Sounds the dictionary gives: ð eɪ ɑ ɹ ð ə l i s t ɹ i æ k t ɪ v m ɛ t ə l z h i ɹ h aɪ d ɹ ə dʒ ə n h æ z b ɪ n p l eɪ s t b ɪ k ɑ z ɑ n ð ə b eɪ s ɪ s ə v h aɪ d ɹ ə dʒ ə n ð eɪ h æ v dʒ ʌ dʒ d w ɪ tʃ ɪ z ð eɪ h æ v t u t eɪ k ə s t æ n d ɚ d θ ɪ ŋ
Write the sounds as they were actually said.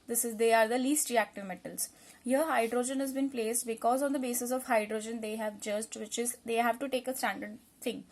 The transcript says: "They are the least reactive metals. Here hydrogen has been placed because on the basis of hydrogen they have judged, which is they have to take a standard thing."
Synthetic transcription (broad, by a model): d eɪ ɑ ɹ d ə l i s t ɹ i æ k t ɪ v m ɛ t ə l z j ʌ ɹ h aɪ d ɹ ə dʒ ə n h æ z b ɪ n p l eɪ s t b ɪ k ɑ z ɑ n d ə b eɪ s ɪ s ə v h aɪ d ɹ ə dʒ ə n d eɪ h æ v dʒ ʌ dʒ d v ɪ tʃ ɪ z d eɪ h æ v t u t eɪ k ə s t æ n d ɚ d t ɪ ŋ